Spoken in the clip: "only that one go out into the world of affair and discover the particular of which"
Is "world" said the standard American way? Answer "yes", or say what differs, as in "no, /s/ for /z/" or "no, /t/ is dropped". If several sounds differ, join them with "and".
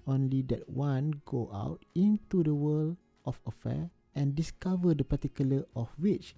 no, /d/ is dropped